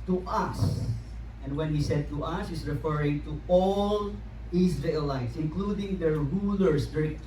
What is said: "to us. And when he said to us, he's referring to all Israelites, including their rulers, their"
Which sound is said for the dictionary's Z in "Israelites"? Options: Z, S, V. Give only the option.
S